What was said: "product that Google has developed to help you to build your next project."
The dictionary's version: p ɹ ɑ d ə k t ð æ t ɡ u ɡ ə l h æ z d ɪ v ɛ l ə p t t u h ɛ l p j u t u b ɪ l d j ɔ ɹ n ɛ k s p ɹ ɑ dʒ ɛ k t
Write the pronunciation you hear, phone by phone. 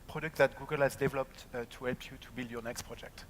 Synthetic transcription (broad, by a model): p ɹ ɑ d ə k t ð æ t ɡ u ɡ ə l h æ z d ɪ v ɛ l ə p t t u h ɛ l p j u t u b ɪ l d j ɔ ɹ n ɛ k s p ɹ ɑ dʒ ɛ k t